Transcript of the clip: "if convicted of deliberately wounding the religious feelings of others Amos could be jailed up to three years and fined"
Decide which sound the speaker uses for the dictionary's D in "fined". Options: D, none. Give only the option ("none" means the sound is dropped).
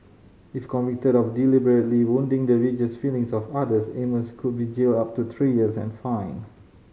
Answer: none